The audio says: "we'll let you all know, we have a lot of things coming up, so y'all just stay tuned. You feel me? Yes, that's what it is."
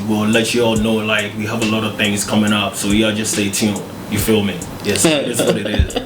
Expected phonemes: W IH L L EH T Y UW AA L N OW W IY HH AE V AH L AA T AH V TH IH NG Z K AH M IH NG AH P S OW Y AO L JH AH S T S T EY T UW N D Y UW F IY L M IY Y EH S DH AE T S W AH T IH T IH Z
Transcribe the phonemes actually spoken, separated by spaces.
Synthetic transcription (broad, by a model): W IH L L EH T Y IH AA L N OW W IY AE V AH L AA T AH V TH IH NG Z K AH M IH NG AH P S OW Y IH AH JH AH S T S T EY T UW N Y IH F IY L M IY Y EH S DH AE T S W AH T IH T IH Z